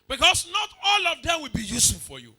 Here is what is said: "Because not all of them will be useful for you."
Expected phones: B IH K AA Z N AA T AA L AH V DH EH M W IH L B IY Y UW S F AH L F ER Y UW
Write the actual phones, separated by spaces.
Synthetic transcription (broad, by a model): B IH K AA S N AA T AA L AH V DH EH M W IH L B IY Y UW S AH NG F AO Y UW